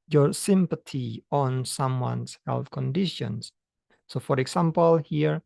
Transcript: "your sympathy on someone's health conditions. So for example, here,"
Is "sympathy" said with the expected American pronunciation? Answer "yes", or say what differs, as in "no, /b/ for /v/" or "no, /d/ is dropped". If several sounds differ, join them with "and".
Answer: no, /t/ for /θ/